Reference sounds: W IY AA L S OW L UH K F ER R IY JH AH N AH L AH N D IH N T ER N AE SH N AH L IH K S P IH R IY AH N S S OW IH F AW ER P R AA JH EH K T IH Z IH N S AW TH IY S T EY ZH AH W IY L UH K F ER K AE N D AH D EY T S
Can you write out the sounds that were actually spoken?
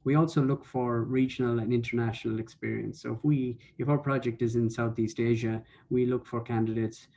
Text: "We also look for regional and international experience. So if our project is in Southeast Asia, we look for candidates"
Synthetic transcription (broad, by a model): W IY AA L S OW L UH K F ER R IY JH AH N AH L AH N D IH N T ER N AE SH N AH L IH K S P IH R IY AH N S S OW IH F AW ER P R AA JH EH K T IH Z IH N S AW TH IY S T EY ZH AH W IY L UH K F ER K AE N D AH D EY T S